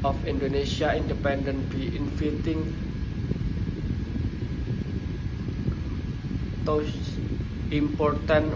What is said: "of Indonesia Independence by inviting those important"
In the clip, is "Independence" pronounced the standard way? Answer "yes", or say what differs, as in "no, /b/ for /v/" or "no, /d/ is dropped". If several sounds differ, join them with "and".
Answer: no, /s/ is dropped